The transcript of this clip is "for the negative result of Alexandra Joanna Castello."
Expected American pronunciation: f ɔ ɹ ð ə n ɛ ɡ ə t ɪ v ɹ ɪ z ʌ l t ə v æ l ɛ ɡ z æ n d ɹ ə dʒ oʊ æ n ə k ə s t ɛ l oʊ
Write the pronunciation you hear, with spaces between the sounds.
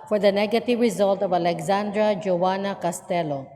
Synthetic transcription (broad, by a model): f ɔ ɹ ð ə n ɛ ɡ ə t ɪ v ɹ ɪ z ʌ l t ə v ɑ l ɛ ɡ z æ n d ɹ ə dʒ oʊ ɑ n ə k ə s t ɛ l oʊ